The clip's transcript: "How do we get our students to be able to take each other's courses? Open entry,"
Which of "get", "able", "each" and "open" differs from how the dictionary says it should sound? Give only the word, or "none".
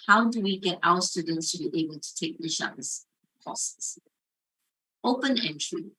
each